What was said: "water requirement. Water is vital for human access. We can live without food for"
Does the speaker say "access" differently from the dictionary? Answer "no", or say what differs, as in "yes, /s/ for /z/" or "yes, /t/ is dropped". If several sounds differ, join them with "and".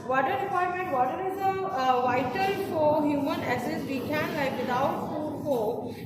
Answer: yes, /k/ is dropped